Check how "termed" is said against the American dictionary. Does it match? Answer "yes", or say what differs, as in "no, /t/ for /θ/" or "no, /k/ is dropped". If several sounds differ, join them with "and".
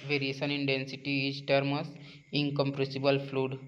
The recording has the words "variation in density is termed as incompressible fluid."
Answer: no, /d/ is dropped